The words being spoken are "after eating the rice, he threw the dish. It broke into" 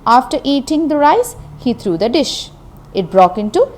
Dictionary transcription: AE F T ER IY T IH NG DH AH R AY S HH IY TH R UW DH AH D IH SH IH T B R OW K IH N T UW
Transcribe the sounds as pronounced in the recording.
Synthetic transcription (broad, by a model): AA F T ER IY T IH NG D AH R AY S HH IY T R UW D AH D IH SH IH T B R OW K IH N T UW